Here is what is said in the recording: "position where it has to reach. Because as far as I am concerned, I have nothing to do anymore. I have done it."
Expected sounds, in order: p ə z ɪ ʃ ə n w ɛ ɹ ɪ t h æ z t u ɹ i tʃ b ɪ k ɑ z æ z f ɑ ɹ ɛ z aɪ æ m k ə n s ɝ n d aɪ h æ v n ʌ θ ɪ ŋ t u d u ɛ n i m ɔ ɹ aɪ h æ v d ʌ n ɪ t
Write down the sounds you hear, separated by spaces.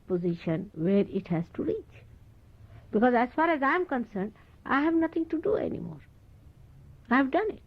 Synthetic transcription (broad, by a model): p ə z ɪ ʃ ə n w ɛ ɹ ɪ t h æ z t u ɹ i tʃ b ɪ k ɑ z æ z f ɑ ɹ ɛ z aɪ m k ə n s ɝ n d aɪ h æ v n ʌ t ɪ ŋ t u d u ɛ n i m ɔ ɹ aɪ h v d ʌ n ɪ t